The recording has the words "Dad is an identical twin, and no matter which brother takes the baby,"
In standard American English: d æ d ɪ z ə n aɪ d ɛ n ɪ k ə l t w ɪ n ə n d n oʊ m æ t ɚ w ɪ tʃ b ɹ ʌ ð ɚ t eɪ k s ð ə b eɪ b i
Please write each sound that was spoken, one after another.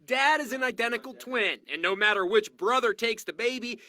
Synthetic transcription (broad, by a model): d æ d ɪ z ə n aɪ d ɛ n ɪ k l t w ɪ n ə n n oʊ m æ t ɚ w ɪ tʃ b ɹ ʌ ð ɚ t eɪ k s ð ə b eɪ b i